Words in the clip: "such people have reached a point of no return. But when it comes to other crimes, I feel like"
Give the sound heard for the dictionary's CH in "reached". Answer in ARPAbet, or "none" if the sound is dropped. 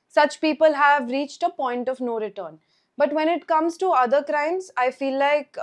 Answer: CH